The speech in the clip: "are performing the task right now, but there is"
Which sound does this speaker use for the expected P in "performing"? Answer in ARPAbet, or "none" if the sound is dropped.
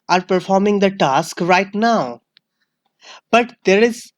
P